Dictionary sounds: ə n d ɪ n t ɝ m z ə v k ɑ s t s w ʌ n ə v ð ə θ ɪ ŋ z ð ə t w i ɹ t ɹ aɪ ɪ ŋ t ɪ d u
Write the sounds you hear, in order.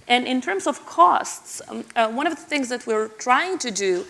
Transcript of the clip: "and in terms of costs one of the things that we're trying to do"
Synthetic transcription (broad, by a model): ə n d ɪ n t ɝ m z ə v k ɑ s t s w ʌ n ə v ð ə θ ɪ ŋ z ð ə t w i ɹ t ɹ aɪ ɪ ŋ t ɪ d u